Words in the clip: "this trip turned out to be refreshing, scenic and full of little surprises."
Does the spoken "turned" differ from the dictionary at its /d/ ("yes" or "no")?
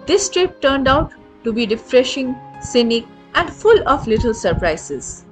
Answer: no